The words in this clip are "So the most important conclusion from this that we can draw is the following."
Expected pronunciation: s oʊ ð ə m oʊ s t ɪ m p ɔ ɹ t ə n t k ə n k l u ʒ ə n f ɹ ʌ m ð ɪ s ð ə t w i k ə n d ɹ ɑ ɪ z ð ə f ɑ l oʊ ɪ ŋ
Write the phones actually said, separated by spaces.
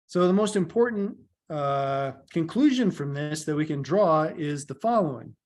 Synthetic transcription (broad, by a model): s oʊ ð ə m oʊ s t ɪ m p ɔ ɹ t n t k ə n k l u ʒ ə n f ɹ ʌ m ð ɪ s ð ə t w i k ə n d ɹ ɑ ɪ z ð ə f ɑ l oʊ ɪ ŋ